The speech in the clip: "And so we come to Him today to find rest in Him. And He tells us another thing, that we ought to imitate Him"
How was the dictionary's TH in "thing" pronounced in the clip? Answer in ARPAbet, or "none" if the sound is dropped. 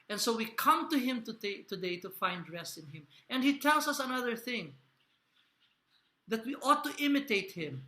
TH